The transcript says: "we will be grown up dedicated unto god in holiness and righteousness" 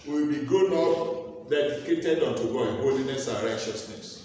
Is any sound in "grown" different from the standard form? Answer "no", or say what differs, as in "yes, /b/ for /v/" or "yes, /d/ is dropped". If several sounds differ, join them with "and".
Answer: yes, /ɹ/ is dropped